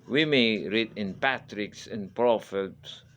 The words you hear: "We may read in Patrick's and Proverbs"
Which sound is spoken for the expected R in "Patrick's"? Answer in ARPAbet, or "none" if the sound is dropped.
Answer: R